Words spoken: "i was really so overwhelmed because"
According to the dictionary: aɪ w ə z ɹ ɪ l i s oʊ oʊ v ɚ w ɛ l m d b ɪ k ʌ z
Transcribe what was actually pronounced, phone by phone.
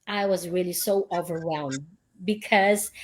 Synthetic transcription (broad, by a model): aɪ w ə z ɹ ɪ l i s oʊ oʊ v ɚ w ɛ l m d b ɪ k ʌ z